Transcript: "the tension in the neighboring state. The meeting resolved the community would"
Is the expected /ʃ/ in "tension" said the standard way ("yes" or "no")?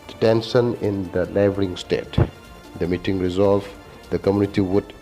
no